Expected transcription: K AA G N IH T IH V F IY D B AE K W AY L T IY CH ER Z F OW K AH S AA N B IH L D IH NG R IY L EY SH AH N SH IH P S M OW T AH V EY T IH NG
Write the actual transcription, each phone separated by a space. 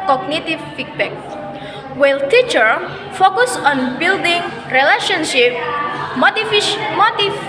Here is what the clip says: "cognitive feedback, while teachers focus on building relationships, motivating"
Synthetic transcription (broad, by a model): K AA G N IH T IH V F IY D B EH K W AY L T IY CH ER F OW K AH S AA N B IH L D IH NG R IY L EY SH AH N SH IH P M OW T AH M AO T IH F